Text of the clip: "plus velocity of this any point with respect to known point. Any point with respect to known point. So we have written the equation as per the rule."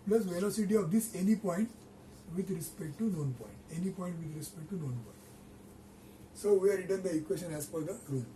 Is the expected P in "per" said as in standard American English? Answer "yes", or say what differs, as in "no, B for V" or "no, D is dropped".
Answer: no, F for P